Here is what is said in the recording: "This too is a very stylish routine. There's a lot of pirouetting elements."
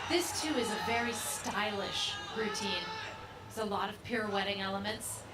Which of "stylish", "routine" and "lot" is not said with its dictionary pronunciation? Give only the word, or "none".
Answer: none